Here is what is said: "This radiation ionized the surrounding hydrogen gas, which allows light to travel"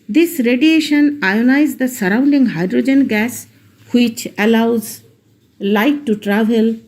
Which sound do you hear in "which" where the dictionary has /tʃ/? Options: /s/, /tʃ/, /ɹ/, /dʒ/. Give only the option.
/tʃ/